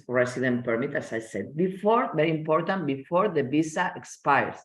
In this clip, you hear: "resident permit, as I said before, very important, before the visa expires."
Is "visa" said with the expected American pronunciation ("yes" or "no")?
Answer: no